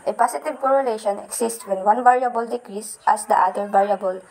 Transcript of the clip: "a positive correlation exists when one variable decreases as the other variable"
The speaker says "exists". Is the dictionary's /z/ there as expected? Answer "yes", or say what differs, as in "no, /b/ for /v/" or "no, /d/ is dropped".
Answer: no, /s/ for /z/